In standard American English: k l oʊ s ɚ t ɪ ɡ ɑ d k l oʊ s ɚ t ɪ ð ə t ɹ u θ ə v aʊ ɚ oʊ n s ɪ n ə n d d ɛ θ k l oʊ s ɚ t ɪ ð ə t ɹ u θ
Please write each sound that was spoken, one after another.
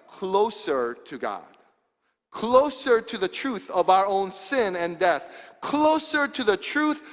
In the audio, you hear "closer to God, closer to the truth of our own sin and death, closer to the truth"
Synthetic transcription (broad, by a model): k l oʊ s ɚ t ɪ ɡ ɑ d k l oʊ s ɚ t ɪ ð ə t ɹ u θ ə v aʊ ɚ oʊ n s ɪ n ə n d d ɛ θ k l oʊ s ɚ t ɪ ð ə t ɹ u θ